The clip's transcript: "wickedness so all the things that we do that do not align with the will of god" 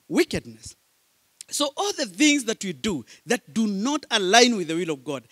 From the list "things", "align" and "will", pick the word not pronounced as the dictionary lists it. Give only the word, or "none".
none